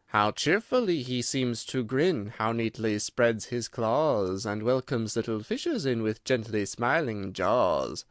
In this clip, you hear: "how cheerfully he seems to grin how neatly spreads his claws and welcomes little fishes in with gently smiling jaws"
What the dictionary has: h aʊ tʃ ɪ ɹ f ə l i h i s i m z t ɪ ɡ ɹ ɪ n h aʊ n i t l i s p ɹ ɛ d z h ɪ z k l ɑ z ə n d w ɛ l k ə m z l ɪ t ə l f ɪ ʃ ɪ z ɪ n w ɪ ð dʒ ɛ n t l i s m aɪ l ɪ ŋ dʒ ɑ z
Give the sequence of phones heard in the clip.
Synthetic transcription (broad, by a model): h aʊ tʃ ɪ ɹ f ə l i i s i m z t ɪ ɡ ɹ ɪ n h aʊ n i t l i s p ɹ ɛ d z h ɪ z k l ɑ z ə n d w ɛ l k ə m z l ɪ t l f ɪ ʃ ɪ z ɪ n w ɪ ð dʒ ɛ n t l i s m aɪ l ɪ ŋ dʒ ɑ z